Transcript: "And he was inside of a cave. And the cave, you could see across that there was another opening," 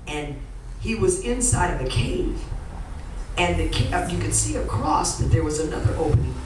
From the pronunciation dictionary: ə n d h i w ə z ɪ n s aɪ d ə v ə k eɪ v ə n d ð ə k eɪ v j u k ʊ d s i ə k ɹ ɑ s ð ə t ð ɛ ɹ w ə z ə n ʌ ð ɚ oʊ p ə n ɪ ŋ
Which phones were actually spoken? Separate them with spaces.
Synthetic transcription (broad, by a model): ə n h i w ə z ɪ n s aɪ d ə v ə k eɪ v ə n ð ə k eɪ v j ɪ k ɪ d s i ə k ɹ ɑ s ð ə t ð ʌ ɹ w ə z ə n ʌ ð ɚ oʊ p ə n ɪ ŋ